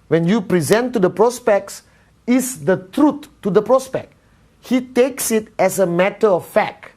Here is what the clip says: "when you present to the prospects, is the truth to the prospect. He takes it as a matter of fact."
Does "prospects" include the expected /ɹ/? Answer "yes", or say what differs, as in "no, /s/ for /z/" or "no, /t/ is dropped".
yes